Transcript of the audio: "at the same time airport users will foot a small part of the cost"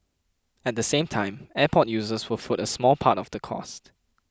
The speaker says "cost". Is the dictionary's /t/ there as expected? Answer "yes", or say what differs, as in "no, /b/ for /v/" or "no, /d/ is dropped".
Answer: yes